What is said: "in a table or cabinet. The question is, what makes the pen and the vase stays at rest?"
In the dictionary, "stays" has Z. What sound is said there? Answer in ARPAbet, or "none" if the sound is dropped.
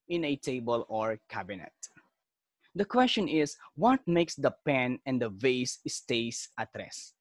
S